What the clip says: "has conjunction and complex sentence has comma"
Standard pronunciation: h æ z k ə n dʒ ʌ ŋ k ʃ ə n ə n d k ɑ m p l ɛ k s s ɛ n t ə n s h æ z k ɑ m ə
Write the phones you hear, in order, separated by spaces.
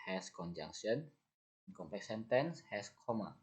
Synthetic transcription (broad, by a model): h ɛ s k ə n dʒ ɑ ŋ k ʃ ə n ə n k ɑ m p ɛ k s s ɛ n t ə n s h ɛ s k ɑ m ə